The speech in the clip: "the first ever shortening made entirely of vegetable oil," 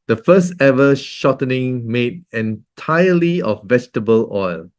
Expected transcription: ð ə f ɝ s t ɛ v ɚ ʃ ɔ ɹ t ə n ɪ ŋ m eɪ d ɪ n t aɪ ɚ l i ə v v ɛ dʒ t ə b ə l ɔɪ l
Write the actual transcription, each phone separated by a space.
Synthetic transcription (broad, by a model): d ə f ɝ s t ɛ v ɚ ʃ ɔ t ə n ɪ ŋ m eɪ d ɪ n t aɪ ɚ l i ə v v ɛ dʒ t ə b ə l ɔɪ l